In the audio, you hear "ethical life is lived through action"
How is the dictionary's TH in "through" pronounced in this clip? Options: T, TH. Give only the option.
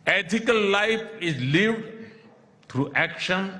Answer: T